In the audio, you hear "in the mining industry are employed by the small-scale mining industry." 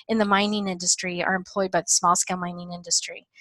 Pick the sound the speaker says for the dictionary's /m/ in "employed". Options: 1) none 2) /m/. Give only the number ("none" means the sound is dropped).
2